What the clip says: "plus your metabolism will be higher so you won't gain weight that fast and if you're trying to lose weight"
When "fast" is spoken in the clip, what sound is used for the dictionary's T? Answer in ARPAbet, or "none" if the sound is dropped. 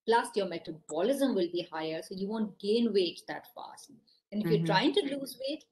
none